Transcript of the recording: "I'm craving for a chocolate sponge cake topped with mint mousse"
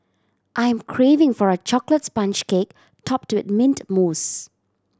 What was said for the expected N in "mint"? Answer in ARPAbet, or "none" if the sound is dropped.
N